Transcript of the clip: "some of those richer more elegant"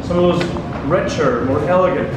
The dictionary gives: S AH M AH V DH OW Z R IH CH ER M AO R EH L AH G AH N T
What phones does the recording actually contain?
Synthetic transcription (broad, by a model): S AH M AH V DH OW Z R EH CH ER M AO R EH L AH G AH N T